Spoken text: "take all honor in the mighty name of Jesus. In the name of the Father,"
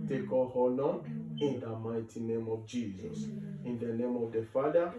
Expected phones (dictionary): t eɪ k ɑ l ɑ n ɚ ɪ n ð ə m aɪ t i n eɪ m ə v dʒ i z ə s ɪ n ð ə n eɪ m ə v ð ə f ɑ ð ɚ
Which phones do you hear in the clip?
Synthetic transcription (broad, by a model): t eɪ k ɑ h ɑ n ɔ ɪ n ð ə m aɪ t i n eɪ m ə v dʒ i z ə s ɪ n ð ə n eɪ m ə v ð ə f ɑ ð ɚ